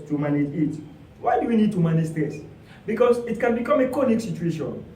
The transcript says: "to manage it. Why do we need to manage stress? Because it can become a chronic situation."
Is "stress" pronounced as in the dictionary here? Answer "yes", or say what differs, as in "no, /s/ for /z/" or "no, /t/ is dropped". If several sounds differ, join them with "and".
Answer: no, /ɹ/ is dropped